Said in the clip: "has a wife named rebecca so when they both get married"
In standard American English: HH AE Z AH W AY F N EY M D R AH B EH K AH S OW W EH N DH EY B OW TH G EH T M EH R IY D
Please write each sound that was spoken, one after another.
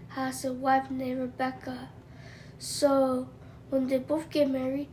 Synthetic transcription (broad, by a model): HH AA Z AH W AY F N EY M R AH B EH K AH S OW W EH N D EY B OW F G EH M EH R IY